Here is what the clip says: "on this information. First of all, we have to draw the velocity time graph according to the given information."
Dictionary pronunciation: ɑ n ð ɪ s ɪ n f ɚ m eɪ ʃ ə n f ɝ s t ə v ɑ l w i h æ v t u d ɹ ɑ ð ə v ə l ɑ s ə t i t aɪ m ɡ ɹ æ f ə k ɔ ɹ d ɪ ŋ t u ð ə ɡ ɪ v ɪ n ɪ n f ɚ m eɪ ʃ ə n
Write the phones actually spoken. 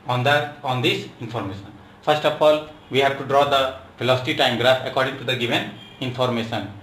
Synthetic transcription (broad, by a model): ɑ n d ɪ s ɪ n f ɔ m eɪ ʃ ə n f ɝ s t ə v ɑ l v i h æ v t u d ɹ ɑ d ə f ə l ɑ s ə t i t aɪ m ɡ ɹ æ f ə k ɔ ɹ d ɪ ŋ t u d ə ɡ ɪ v ɪ n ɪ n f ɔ m eɪ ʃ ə n